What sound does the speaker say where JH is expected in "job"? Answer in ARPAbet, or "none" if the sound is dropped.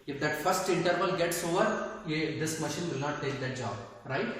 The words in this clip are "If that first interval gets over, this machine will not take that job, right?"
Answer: JH